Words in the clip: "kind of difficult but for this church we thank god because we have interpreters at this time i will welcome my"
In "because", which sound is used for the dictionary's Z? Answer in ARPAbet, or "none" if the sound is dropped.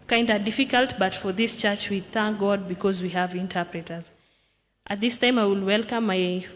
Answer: Z